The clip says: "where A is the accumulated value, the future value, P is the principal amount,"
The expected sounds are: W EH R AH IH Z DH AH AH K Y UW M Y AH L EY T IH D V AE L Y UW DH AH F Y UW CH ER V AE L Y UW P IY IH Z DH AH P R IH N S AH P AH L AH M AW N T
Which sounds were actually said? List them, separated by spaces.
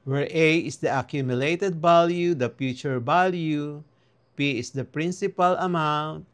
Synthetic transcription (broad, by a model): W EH R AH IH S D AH AH K Y UW M Y AH L EY T IH D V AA L Y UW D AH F Y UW CH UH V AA L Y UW P IY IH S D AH P R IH N S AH P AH L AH M AW N T